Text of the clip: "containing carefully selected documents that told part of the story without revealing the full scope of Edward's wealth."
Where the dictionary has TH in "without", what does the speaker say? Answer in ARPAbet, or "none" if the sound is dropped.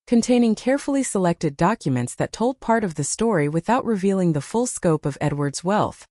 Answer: TH